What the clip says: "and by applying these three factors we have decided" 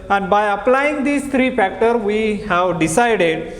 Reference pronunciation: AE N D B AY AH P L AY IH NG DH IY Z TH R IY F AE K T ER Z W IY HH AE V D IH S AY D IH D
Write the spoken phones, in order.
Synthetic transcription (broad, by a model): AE N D B AY AH P L AY IH NG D IY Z T R IY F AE K T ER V IY HH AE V D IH S AY D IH D